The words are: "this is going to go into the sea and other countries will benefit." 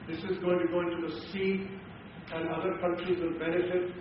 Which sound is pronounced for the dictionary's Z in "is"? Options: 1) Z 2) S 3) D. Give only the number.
1